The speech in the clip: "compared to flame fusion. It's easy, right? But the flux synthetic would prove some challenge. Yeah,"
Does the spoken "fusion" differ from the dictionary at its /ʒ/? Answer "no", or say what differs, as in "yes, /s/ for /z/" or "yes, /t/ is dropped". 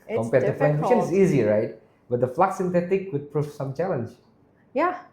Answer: yes, /ʃ/ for /ʒ/